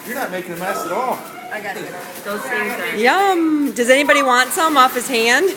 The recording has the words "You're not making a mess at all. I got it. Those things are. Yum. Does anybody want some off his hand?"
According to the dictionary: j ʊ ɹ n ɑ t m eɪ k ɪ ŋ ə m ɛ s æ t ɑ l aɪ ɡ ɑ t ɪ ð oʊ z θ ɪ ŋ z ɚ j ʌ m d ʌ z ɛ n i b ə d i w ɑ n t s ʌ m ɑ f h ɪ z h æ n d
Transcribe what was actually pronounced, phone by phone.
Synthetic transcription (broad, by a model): j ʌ ɹ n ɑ t m eɪ k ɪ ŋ ə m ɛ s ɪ t ɑ l aɪ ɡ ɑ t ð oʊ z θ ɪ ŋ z j ʌ m d ʌ z ɛ n i b ə d i w ɑ n t s ʌ m ɑ f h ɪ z h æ n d